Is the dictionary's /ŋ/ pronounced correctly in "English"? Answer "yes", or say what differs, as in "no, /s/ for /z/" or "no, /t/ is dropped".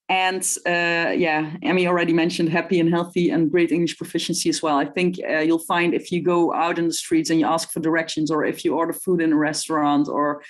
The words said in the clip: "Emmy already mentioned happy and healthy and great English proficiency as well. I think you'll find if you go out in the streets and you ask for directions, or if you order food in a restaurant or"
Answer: yes